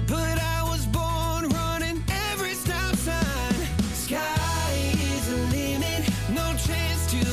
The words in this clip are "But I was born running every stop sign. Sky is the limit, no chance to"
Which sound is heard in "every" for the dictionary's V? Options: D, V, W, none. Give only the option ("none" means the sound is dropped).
V